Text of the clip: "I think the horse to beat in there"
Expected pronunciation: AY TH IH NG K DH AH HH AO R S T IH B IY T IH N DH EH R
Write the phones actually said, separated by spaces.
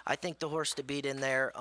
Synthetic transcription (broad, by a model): AY TH IH NG K DH AH HH AO R S T IH B IY T IH N DH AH R